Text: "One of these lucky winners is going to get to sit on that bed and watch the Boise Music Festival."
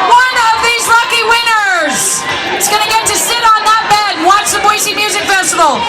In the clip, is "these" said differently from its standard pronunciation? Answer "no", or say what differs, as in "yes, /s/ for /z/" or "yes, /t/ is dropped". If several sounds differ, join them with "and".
no